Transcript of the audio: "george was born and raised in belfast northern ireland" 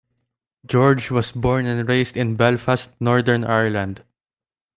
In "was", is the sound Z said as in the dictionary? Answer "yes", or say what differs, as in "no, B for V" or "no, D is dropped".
no, S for Z